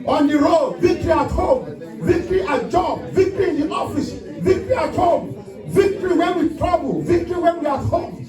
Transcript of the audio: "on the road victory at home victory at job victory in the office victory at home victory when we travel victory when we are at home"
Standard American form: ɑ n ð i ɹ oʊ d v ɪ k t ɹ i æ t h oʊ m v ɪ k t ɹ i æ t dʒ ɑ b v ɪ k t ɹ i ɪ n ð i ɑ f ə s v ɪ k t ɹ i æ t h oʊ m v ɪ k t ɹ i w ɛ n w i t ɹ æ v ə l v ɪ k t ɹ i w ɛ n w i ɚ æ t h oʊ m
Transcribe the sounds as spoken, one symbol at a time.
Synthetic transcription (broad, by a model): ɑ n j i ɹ oʊ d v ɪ k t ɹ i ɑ t h oʊ m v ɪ k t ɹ i t dʒ ɑ b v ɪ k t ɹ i ɪ n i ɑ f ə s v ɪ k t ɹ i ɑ t h oʊ m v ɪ k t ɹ i w ɛ n w i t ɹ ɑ b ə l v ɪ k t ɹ i w ɛ n w i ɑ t h oʊ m